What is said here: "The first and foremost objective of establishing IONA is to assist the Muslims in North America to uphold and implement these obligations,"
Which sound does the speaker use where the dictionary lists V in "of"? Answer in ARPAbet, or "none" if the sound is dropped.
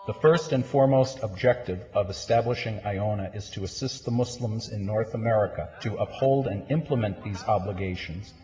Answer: V